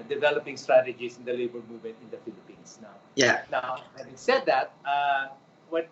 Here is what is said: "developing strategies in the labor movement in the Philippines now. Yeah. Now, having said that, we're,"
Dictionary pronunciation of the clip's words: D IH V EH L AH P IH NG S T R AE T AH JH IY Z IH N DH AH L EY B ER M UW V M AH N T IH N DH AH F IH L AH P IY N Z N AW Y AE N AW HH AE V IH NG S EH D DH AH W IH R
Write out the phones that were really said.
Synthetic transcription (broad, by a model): D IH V EH L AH P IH NG S T R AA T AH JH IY S IH N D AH L EY B ER M UW V M AH N T IH N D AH F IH L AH P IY N S N AW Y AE N AW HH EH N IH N S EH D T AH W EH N